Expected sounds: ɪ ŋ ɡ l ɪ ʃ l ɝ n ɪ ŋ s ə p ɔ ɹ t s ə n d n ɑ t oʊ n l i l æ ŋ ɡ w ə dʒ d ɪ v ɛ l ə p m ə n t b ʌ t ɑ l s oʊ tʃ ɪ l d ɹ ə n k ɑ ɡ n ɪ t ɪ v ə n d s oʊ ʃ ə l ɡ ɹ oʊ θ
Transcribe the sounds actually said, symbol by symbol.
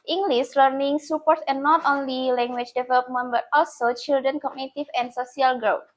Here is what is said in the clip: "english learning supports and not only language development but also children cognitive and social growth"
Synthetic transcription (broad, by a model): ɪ ŋ ɡ l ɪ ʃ l ɝ n ɪ ŋ s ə p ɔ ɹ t ə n n ɑ t oʊ n l i l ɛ ŋ ɡ w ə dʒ d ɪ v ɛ l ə p m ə n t b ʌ t ɑ l s oʊ tʃ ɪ l d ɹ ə n k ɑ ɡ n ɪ t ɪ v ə n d s oʊ s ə l ɡ ɹ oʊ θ